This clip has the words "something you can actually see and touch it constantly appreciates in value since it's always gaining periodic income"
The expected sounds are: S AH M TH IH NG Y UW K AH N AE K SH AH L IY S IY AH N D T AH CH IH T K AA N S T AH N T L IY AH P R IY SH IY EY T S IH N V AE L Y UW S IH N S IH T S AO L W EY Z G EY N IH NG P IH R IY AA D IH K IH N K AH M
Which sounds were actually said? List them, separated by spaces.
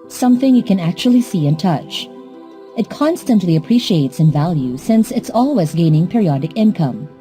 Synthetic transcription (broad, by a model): S AH M TH IH NG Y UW K AH N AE K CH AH L IY S IY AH N T AH CH IH T K AA N S T AH N T L IY AH P R IY SH IY EY T S IH N V AE L Y UW S IH N S IH T S AO L W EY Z G EY N IH NG P IH R IY AA D IH K IH N K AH M